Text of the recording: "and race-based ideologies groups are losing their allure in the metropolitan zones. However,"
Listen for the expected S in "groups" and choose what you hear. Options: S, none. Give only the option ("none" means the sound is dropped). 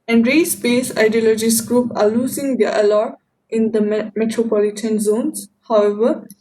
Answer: none